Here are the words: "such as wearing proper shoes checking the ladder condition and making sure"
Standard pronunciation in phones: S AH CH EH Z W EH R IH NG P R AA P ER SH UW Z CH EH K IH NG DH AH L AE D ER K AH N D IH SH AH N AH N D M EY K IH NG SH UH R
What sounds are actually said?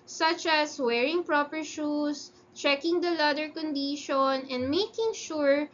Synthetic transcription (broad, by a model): S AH CH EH S W EH R IH NG P R AA P ER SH UW S CH EH K IH NG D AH L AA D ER K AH N D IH SH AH N AH N D M EY K IH NG SH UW R